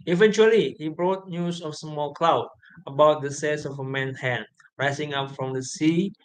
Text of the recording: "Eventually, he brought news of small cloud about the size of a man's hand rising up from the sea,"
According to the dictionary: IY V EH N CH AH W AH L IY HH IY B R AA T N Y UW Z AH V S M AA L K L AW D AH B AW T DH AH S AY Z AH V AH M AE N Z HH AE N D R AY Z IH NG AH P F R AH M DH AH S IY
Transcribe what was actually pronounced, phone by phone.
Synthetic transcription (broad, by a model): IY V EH N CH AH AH L IY HH IY B R AA T N Y UW S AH F S M AA L K L AW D AH B AW T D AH S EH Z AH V AH M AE N HH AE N R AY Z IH NG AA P F R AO M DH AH S IY